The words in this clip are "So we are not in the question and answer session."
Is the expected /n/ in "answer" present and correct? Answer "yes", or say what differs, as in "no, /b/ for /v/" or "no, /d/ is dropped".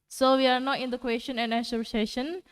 no, /n/ is dropped